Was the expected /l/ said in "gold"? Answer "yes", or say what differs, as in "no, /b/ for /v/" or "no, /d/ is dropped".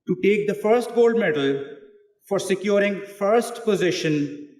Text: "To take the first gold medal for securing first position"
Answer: yes